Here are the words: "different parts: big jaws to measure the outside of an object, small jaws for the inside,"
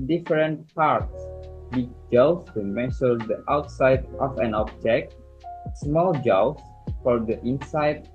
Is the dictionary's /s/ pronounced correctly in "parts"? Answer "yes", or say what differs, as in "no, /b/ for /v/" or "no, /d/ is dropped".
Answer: yes